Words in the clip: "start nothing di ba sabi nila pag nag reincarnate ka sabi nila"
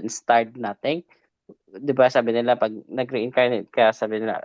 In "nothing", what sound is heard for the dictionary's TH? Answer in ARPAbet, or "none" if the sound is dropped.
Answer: T